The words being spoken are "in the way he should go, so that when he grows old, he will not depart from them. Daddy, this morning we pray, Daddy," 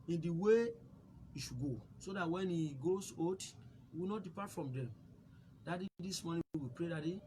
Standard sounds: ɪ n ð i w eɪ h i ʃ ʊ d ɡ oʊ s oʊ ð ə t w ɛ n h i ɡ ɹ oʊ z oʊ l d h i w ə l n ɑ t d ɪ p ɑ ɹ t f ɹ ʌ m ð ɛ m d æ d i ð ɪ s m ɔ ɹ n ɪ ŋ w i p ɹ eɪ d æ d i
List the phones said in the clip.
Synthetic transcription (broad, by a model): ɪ n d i w eɪ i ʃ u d ɡ oʊ s oʊ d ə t w ɛ n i ɡ oʊ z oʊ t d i w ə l n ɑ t d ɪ p ɑ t f ɹ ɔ m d ɛ m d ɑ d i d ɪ s m ɔ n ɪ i w i p ɹ eɪ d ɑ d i